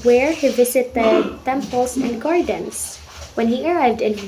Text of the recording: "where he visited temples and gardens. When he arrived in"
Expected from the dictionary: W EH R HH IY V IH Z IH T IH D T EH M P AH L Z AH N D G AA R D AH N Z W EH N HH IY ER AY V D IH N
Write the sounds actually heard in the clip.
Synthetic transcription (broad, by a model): W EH R HH IY V IH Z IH T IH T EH M P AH L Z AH N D G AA R D N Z W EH N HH IY ER AY V D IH N